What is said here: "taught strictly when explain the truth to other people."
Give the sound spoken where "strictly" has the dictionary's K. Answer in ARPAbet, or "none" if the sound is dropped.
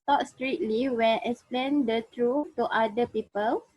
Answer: none